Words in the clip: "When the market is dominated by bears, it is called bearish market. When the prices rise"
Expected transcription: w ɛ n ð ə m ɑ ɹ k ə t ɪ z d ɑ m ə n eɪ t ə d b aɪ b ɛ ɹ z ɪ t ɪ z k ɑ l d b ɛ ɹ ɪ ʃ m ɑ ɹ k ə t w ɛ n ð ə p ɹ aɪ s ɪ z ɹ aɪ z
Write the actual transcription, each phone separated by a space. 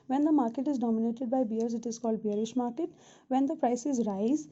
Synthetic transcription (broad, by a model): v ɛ n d ə m ɑ ɹ k ə t ɪ z d ɑ m ə n eɪ t ə d b aɪ b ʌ ɹ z ɪ t ɪ z k ɑ l d b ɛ ɹ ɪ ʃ m ɑ ɹ k ə t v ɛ n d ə p ɹ aɪ s ɪ z ɹ aɪ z